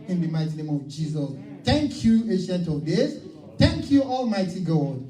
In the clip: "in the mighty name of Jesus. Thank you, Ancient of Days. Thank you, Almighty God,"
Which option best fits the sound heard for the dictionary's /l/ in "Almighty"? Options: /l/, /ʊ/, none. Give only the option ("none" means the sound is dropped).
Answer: /l/